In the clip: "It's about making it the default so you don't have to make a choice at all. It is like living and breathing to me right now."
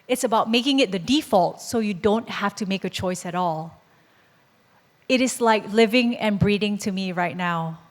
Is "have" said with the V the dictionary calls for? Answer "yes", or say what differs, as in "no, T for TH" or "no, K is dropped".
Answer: no, F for V